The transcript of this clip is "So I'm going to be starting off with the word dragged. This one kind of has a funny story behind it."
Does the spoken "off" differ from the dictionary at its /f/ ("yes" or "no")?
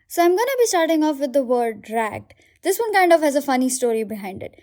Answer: no